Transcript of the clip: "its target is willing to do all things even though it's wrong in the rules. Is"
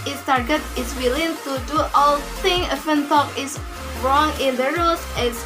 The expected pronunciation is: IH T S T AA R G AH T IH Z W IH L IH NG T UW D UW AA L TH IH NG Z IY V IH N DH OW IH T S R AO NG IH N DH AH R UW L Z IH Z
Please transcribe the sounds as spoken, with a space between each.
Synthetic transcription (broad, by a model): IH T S T AA R G AH T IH S W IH L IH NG T UW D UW AA L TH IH NG AH F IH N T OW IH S R AO NG IH N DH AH R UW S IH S